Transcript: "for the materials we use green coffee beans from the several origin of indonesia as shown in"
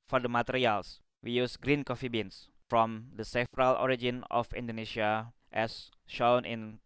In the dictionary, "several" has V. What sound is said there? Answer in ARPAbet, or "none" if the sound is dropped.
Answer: F